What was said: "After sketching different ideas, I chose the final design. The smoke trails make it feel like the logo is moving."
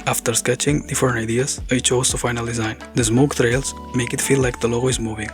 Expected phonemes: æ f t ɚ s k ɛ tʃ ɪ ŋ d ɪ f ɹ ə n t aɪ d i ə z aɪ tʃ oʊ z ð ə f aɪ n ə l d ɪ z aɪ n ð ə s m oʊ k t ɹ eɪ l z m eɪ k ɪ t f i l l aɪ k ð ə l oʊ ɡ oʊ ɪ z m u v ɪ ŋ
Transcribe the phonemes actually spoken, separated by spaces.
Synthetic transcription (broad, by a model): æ f t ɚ s k ɛ tʃ ɪ ŋ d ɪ f ə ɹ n aɪ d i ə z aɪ tʃ oʊ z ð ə f aɪ n ə l d ɪ z aɪ n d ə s m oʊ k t ɹ eɪ l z m eɪ k ɪ t f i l l aɪ k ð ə l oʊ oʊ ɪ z m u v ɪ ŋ